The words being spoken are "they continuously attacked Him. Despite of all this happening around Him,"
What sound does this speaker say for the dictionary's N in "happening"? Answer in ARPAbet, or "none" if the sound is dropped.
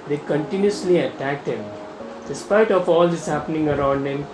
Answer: N